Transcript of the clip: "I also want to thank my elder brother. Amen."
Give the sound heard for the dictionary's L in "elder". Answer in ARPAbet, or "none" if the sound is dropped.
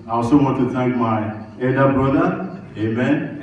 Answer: none